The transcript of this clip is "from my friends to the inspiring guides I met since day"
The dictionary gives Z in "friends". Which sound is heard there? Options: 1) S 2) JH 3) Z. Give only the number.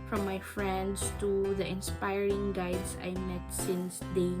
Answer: 1